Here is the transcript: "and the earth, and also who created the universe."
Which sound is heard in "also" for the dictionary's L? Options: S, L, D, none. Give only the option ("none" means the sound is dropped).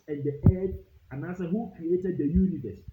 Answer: none